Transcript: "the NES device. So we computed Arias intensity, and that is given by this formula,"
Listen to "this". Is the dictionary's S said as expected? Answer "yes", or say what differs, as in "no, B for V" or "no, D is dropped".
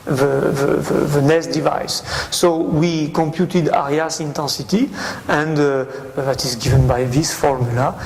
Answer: yes